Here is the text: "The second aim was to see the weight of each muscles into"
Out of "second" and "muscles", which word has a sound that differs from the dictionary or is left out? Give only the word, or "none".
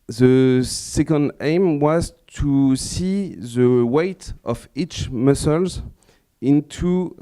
none